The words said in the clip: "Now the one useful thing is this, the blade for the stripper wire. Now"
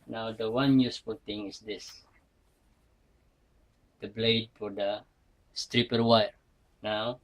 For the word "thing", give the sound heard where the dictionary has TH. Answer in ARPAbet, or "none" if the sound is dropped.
T